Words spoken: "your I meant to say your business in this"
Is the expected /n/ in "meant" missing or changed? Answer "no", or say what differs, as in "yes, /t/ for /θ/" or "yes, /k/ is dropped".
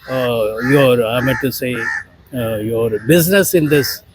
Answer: yes, /n/ is dropped